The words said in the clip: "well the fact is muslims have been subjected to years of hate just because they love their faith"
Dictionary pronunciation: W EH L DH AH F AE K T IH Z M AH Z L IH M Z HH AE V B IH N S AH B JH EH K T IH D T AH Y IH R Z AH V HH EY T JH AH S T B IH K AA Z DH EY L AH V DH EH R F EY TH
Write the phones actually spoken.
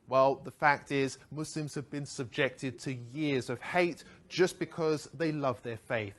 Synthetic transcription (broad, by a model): W EH L DH AH F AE K T IH Z M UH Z L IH M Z HH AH V B IH N S AH B JH EH K T IH D T AH Y IH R Z AH V HH EY T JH AH S B IH K AA Z DH EY L AH V DH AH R F EY TH